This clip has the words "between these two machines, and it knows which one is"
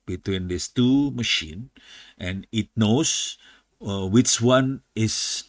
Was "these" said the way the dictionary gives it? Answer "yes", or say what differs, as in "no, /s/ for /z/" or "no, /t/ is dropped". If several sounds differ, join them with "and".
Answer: no, /s/ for /z/